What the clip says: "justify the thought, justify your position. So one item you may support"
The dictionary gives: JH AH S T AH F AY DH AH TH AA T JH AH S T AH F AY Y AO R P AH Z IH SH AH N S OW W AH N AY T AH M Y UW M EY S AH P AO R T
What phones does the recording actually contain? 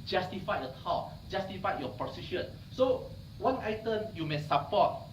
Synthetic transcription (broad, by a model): JH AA S T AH F AY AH T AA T JH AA S T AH F AY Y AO P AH S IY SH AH N S OW W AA N AY T AH M Y UW M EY S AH P AO T